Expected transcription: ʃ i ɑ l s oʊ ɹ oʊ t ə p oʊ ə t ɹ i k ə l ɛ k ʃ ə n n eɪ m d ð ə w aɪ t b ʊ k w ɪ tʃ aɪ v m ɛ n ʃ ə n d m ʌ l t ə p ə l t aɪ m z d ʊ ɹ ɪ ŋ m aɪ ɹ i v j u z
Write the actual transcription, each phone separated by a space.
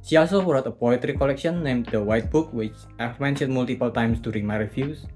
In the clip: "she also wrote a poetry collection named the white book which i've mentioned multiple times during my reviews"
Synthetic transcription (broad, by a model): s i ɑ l s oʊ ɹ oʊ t ə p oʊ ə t ɹ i k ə l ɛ k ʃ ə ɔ n eɪ m d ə w aɪ t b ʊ k w ɪ tʃ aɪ f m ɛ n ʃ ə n m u l t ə p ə l t aɪ m s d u ɹ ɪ m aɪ ɹ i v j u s